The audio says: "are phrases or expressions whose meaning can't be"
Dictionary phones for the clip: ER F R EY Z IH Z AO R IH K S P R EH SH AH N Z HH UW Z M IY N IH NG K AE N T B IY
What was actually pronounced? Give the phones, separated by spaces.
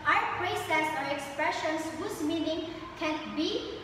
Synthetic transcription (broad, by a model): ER P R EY S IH S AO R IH K S P R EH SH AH N S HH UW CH M IY N IH NG K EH N B IY